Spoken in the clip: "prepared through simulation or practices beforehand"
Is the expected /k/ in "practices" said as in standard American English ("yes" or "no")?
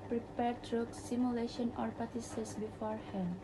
no